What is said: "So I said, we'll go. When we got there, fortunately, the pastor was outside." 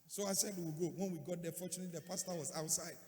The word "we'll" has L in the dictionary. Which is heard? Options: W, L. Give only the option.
W